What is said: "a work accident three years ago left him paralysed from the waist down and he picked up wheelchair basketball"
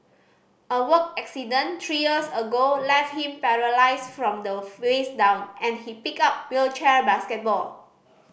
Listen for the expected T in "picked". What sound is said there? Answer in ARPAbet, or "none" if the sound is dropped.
none